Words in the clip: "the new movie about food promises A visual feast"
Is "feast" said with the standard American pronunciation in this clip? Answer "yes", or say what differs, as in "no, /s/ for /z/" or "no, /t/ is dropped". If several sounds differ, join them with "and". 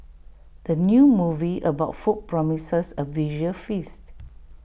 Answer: yes